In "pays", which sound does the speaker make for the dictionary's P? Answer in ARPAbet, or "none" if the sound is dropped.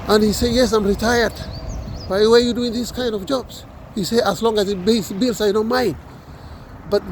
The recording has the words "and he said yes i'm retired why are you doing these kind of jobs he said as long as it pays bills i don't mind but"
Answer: B